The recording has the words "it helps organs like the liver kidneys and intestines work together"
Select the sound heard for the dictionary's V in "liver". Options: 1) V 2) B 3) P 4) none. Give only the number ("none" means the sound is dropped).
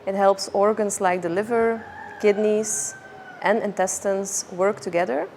1